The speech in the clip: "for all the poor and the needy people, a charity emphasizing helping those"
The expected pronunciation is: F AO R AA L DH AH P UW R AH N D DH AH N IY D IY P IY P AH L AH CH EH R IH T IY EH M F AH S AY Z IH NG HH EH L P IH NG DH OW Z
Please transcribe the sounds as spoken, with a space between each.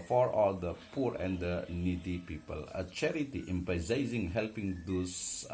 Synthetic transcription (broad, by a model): F AO R AA L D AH P UW R AH N D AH N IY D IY P IY P AH L AH CH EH R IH T IY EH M P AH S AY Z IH NG HH EH L P IH NG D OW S